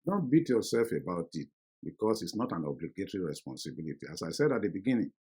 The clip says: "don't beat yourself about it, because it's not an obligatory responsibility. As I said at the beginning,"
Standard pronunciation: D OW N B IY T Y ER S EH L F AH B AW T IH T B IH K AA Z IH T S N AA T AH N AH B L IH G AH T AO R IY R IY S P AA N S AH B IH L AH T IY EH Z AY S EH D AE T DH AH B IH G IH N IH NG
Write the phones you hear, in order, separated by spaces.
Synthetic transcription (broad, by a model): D OW N B IY T Y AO S EH L F AH B AW T IH T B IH K AA S IH T S N AA T AH N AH B L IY G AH T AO R IY R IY S P AA N S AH B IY L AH T IY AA S AY S EH D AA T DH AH B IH G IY N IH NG